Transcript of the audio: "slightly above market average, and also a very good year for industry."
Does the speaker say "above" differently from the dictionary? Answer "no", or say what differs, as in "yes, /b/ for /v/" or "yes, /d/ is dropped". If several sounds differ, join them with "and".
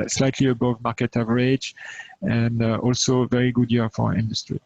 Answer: no